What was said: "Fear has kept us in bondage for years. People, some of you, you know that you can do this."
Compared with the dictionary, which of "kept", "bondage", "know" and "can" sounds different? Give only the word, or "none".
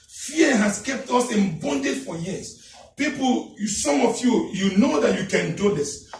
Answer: none